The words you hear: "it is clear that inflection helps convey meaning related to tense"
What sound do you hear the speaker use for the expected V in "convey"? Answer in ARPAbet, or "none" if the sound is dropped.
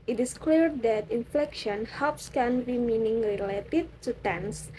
B